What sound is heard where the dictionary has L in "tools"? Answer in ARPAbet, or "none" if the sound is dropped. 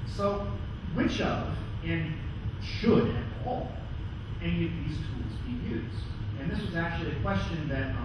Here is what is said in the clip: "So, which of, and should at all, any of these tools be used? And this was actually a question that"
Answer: L